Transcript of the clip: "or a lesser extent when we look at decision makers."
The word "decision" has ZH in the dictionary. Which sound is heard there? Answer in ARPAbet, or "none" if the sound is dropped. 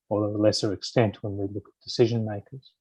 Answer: ZH